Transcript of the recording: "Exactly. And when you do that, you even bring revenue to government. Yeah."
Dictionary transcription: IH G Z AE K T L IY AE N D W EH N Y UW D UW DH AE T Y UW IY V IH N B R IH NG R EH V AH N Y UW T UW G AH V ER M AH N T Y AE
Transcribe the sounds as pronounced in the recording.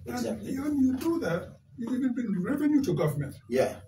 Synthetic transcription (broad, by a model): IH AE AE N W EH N Y UW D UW DH AE T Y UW IY V IH N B IH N R EH V AH N Y UW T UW G AH V ER M AH N T Y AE